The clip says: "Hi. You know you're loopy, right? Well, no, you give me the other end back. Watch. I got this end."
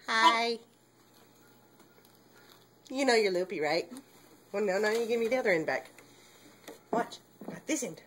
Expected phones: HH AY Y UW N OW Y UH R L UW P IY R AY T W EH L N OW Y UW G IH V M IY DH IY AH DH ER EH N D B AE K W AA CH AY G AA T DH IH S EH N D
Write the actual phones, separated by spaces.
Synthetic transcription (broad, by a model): HH AY Y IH N OW Y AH R L UW P IY R AY T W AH N N OW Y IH G IH V M IY DH IY AH DH ER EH N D B AE K W AA CH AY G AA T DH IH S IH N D